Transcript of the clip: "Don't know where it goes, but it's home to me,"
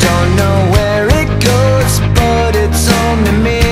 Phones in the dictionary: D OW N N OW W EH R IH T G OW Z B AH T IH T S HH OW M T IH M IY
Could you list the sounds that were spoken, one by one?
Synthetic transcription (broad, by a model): OW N N OW W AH R IH T G OW Z B AH T IH T S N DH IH M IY